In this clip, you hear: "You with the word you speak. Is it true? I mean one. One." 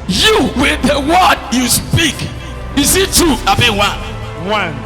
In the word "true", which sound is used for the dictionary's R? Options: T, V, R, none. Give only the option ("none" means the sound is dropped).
none